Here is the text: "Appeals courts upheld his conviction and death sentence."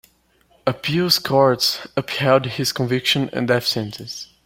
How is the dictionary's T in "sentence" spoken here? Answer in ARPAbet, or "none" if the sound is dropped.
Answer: S